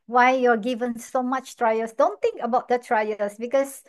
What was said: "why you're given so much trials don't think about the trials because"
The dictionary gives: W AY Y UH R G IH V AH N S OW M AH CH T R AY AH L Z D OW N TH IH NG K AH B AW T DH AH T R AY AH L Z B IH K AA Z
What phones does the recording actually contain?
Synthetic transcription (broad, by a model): W AY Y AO G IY V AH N S OW M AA CH T R AY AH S D OW N T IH NG K AH B AW T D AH T R AY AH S B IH K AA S